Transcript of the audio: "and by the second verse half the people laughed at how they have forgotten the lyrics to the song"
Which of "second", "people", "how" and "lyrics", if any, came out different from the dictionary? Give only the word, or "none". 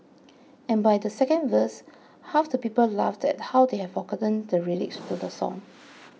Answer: lyrics